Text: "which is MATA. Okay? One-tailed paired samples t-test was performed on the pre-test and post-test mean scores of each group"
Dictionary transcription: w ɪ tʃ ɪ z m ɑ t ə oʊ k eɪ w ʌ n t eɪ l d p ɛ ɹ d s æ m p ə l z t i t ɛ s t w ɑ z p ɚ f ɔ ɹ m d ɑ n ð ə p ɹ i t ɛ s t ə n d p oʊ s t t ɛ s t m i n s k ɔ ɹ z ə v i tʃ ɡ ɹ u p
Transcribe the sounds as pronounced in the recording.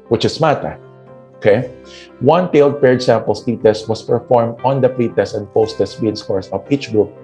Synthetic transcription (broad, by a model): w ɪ tʃ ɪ s m ɑ t ə oʊ k eɪ w ʌ n t eɪ l d p ɛ ɹ d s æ m p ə l s t i t ɛ s t w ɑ s p ɚ f ɔ ɹ m d ɑ n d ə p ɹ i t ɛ s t ə n d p oʊ s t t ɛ s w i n s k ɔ ɹ s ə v i tʃ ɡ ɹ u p